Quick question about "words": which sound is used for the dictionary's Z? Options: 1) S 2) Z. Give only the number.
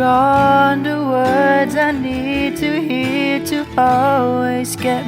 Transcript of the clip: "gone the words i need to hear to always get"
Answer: 2